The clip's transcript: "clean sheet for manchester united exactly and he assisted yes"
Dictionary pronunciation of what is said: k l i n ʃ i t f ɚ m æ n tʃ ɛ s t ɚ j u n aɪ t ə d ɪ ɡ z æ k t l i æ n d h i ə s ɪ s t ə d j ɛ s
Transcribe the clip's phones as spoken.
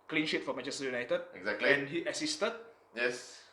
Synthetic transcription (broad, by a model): k l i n ʃ i t f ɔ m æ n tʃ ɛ s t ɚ j u n aɪ t ə d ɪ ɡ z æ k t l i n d h i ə s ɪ s t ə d j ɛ s